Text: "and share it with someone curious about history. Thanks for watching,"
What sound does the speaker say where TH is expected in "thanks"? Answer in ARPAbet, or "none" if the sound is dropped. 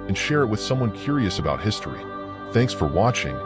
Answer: TH